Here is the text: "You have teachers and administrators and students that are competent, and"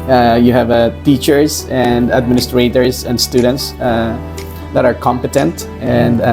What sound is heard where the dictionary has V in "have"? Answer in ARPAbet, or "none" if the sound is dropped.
V